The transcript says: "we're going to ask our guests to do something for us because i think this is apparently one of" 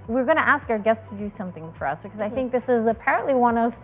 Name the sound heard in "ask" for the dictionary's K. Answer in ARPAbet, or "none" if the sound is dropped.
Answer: K